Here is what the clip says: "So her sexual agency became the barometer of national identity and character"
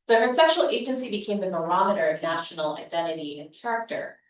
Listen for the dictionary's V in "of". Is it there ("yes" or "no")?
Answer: yes